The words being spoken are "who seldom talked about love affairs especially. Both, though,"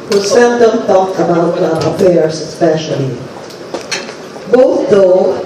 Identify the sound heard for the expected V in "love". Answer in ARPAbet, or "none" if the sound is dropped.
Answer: none